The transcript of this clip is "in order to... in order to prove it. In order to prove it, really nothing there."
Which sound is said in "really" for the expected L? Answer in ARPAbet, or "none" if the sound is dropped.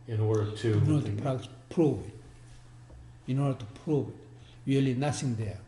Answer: L